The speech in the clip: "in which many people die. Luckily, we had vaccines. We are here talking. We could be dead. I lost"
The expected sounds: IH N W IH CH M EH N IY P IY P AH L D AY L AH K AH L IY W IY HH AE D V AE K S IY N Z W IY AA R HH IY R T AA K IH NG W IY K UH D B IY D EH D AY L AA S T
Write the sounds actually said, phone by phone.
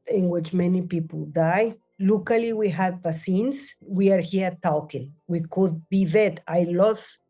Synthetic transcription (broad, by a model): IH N W IH CH M EH N IY P IY P AH L D AY L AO K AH L IY W IY HH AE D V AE S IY N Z W IY AA R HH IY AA T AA K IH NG W IY K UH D B IY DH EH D AY L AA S